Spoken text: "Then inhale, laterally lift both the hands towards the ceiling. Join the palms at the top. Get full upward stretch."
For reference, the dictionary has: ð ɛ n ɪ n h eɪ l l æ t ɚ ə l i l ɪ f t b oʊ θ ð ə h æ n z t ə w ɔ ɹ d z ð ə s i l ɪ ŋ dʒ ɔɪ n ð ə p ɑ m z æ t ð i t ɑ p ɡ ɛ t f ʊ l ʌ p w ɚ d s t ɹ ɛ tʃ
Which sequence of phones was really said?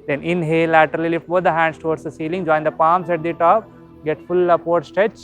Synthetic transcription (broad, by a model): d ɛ n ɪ n h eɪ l l æ t ɚ ə l i l ɪ f t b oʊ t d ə h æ n s t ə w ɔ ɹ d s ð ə s i l ɪ ŋ dʒ ɔɪ n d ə p ɑ m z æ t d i t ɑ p ɡ ɛ t f ʊ l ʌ p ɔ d s t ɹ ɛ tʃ